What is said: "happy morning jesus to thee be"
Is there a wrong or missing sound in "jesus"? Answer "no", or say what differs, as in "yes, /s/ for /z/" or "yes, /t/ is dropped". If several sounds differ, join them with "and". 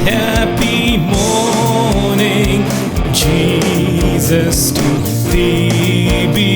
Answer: no